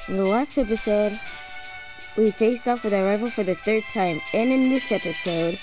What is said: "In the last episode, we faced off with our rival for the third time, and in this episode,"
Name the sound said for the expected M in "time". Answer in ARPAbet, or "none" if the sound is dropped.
M